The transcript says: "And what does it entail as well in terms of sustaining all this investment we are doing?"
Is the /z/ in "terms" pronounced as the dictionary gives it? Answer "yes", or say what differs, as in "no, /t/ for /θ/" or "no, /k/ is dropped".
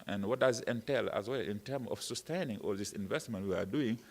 no, /z/ is dropped